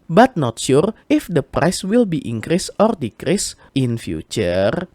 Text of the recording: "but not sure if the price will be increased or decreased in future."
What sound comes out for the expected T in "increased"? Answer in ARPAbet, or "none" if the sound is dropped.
none